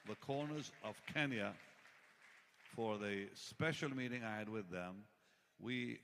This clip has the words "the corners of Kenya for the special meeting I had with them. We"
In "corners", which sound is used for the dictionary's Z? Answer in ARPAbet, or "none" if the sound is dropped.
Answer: Z